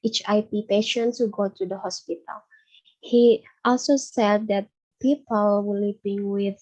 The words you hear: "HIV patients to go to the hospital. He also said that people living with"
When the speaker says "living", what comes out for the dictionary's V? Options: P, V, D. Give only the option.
P